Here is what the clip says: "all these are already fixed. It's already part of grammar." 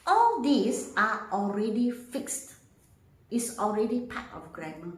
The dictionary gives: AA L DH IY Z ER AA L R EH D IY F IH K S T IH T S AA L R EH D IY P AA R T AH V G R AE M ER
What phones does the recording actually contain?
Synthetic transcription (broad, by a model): AA L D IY S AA AA L R EH D IY F IH K S T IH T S AA L R EH D IY P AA T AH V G R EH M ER